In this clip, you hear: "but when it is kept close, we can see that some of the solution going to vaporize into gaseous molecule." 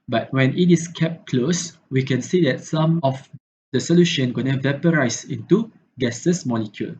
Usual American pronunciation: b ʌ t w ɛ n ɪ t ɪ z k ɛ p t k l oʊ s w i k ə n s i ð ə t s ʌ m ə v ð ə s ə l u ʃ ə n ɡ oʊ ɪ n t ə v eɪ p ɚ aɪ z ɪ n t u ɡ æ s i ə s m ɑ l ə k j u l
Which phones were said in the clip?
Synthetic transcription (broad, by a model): b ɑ t w ɛ n ɪ t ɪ s k ɛ p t k l oʊ s w i k ə n s i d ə t s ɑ m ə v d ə s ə l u ʃ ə n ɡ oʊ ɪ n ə v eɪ p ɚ aɪ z ɪ n t u ɡ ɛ s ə s m ɑ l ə k j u l